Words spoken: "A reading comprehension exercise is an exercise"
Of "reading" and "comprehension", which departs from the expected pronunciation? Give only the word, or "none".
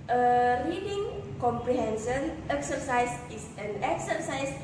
comprehension